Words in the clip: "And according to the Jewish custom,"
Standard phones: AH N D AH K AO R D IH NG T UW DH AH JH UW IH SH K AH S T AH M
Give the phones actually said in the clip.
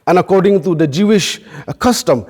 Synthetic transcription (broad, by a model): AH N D AH K AO R D IH NG T UW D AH JH UW IH SH K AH S T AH M